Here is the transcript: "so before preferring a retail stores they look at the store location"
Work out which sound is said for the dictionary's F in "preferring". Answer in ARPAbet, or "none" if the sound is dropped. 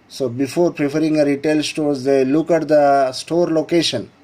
P